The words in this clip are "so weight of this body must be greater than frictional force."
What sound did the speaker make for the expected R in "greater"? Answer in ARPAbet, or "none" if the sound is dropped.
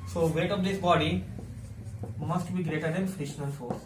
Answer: R